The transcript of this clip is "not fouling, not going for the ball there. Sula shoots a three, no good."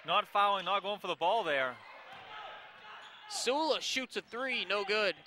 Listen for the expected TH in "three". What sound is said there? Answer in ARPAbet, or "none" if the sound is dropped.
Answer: TH